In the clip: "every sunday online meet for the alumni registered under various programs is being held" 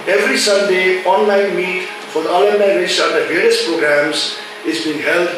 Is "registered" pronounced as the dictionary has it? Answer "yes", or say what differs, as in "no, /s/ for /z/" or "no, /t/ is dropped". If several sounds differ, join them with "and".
no, /dʒ/ is dropped